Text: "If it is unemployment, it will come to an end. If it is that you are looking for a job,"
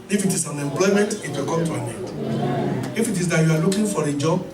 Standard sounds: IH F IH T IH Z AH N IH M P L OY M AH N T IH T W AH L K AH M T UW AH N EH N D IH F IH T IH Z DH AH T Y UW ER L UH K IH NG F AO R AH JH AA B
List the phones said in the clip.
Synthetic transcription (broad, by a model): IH F IH T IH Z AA N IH M P L OY M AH N T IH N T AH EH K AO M T UW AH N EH D IH F IH T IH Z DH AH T Y UW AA L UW K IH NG F AO R AH JH AA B